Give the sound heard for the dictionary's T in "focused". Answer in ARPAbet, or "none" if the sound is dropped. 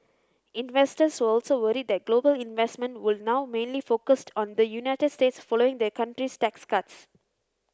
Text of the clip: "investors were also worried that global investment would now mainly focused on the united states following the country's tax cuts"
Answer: T